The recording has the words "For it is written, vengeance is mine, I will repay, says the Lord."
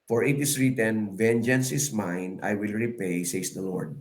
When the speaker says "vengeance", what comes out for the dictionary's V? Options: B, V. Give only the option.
V